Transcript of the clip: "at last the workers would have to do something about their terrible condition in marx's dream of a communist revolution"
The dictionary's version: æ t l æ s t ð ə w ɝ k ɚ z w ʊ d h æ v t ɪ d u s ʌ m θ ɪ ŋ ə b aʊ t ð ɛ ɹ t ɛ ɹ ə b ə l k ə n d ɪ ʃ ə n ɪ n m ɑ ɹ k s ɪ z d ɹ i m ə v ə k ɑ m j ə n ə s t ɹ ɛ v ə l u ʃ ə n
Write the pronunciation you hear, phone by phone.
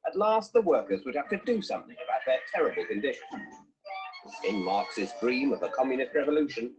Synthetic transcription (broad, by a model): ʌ t l æ s t ð ə w ɝ k ɚ z w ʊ d h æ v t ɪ d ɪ s ʌ m θ ɪ ŋ ə b aʊ t ð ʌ ɹ t ɛ ɹ ə b ə l k ə n d ɪ ʃ ə n ɪ n m ɑ ɹ k s ɪ z d ɹ i m ə v ə k ɑ m j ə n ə s t ɹ ɛ v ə l u ʃ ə n